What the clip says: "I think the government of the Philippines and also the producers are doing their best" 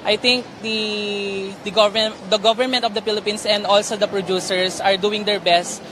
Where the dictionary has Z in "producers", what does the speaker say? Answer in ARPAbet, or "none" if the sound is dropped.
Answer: S